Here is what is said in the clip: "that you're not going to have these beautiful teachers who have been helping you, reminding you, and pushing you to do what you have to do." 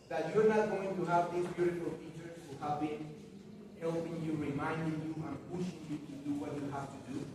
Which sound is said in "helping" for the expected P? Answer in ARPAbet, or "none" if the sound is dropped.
P